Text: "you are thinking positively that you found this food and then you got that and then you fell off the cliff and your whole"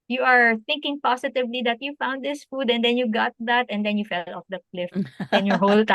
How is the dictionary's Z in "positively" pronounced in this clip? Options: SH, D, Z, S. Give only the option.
S